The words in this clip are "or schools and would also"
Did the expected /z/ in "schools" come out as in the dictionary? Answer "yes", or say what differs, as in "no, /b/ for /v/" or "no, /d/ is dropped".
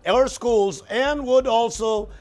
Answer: yes